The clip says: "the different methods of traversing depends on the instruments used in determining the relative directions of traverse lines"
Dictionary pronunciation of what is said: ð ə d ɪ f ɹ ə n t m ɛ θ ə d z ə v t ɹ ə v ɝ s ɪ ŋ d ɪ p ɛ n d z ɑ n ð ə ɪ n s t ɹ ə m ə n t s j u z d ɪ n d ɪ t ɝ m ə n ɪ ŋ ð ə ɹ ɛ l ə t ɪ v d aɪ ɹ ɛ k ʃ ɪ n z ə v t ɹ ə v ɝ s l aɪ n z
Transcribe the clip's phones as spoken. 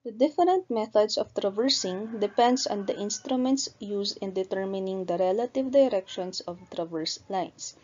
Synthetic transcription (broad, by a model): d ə d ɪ f ɹ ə n t m ɛ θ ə d s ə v t ɹ ə v ɝ s ɪ ŋ d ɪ p ɛ n d s ɑ n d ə ɪ n s t ɹ ə m ə n t s j u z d ɪ n d ɪ t ɝ m ə n ɪ ŋ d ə ɹ ɛ l ə t ɪ v d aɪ ɹ ɛ k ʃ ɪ n s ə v t ɹ ə v ɝ s l aɪ n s